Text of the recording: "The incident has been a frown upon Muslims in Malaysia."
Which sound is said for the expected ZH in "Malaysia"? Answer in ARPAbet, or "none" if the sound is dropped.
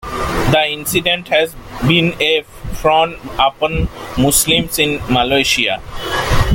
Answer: SH